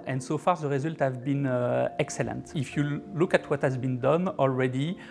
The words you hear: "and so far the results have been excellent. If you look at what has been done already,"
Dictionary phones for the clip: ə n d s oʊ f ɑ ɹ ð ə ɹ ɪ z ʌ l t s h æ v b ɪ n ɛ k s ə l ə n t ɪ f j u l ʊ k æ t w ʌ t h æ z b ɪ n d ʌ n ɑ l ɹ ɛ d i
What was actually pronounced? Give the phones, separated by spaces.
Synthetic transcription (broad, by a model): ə n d s oʊ f ɑ ɹ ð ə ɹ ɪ z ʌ l t h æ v b ɪ n ɛ k s ə l ə n t ɪ f j u l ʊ k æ t w ʌ t h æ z b ɪ n d ʌ n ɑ l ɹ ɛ d i